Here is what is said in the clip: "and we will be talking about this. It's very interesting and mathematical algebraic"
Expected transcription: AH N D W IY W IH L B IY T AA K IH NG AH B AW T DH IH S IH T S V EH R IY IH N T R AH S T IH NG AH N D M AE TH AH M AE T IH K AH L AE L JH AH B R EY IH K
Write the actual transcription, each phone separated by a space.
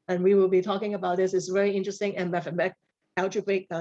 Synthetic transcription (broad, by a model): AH N W IY W IH L B IY T AA K IH NG AH B AW T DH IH S IH T S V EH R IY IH N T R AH S T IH NG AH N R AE F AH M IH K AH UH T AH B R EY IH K